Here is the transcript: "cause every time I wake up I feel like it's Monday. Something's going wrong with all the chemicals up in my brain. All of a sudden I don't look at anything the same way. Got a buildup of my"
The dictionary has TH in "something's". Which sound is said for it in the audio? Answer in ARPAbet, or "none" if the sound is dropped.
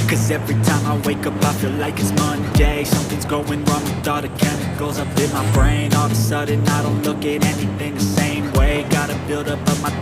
TH